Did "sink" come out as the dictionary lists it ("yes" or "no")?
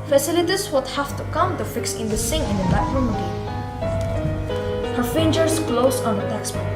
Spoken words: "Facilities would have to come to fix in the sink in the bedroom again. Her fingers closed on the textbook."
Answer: no